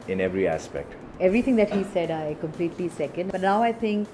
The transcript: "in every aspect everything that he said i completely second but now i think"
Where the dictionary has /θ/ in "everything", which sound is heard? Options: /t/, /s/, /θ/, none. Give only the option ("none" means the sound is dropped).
/t/